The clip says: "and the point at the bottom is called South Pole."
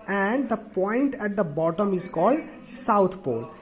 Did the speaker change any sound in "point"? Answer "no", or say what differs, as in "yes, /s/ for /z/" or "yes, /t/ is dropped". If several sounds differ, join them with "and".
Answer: no